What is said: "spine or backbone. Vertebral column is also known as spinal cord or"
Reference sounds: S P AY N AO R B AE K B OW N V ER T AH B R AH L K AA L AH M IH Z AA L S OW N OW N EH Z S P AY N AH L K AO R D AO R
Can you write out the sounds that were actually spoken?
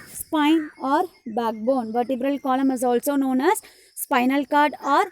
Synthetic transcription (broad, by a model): S P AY N AO R B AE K B OW N V ER T AH B R AH L K AA L AH M IH Z AA L S OW N OW N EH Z S P AY N AH L K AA R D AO R